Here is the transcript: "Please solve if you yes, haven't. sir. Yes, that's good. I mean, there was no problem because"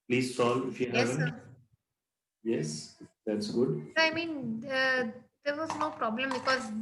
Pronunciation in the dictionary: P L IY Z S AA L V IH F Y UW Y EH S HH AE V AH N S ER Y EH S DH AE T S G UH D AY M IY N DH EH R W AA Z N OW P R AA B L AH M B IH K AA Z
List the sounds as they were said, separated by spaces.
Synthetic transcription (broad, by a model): P L IY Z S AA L IH F Y UW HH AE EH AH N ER Y EH S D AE T S G UH D AY M IY N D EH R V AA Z N OW P R AA B L AH M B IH K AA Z